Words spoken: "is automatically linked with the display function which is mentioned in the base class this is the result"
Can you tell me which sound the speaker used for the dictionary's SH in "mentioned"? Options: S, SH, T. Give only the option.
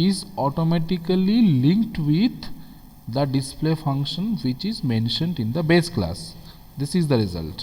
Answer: SH